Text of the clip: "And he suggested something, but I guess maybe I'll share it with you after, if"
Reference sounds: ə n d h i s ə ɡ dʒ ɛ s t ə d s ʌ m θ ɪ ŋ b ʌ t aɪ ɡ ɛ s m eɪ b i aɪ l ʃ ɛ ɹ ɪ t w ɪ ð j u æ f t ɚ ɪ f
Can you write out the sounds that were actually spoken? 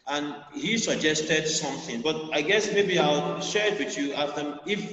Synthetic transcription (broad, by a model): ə n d h i s ə ɡ dʒ ɛ s t ə d s ʌ m θ ɪ ŋ b ʌ t aɪ ɡ ɛ s m eɪ b i aɪ l ʃ ɛ ɹ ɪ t w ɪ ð j u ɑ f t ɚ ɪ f